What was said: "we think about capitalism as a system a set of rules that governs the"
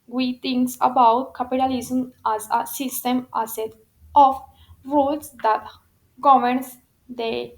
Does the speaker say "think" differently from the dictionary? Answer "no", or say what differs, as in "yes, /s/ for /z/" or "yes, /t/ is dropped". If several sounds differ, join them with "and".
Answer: yes, /t/ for /θ/